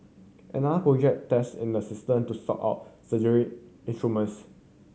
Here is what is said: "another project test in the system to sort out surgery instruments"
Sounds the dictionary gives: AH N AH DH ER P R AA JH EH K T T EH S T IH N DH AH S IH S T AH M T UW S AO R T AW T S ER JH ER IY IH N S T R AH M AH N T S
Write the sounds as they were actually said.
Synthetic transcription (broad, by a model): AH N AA ER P R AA JH EH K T T EH S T IH N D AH S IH S T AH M T UW S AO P AW T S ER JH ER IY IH N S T R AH M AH N S